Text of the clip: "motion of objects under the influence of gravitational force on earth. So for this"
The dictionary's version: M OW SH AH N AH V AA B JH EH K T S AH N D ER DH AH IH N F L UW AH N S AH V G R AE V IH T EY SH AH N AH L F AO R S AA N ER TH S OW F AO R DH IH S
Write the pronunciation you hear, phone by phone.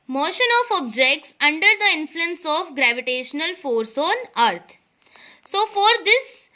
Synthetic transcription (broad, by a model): M OW SH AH N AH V AA B JH EH K T S AH N D ER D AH IH N F L UW AH N S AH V G R AE V IH T EY SH AH N AH L F AO R S AA N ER T S OW F AO R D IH S